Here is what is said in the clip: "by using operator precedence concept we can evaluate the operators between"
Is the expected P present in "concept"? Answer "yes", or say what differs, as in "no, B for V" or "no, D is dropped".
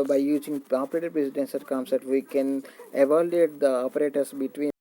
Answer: no, P is dropped